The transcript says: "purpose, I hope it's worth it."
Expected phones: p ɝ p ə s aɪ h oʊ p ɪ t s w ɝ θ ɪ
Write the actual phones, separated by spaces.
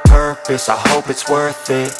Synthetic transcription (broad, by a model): p ɝ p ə s aɪ h oʊ p ɪ t s w ɝ θ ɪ